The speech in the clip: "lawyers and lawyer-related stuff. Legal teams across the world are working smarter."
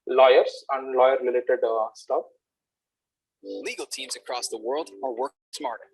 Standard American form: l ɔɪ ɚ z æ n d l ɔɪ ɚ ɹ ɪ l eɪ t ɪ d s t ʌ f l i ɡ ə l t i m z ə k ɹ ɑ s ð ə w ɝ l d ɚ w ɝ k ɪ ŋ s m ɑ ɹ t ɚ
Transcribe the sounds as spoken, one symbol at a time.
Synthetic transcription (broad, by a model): l ɔɪ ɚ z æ n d l ɔɪ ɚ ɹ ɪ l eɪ t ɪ d s t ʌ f l i ɡ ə l t i m z ə k ɹ ɑ s ð ə w ɝ l d ɚ w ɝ k s m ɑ ɹ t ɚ